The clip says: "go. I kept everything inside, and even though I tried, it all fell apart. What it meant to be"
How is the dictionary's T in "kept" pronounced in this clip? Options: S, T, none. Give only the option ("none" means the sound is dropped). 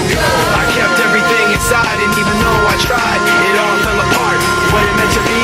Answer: T